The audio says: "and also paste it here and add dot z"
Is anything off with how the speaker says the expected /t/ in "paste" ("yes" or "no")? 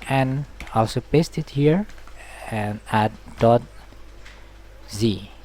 no